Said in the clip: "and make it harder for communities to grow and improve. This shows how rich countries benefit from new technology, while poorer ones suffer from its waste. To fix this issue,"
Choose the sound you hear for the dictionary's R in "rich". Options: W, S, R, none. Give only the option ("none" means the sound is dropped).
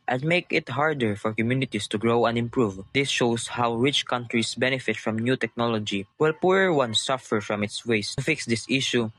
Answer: R